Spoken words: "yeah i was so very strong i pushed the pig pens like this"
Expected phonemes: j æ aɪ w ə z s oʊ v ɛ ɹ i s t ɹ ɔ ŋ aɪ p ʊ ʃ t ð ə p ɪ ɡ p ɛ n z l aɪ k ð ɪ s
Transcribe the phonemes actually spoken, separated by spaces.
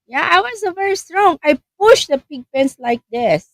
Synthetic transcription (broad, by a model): j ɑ aɪ w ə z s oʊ v ɛ ɹ i s t ɹ ɔ ŋ aɪ p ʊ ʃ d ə p ɪ ɡ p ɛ n s l aɪ k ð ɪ s